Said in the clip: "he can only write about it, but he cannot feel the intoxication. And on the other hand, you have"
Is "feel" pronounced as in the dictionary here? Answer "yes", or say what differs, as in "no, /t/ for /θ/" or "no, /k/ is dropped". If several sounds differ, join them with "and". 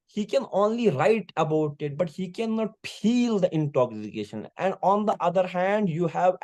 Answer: no, /p/ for /f/